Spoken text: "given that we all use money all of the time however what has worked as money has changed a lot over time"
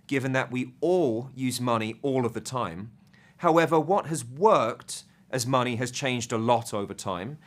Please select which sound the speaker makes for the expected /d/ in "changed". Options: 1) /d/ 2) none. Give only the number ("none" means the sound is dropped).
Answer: 1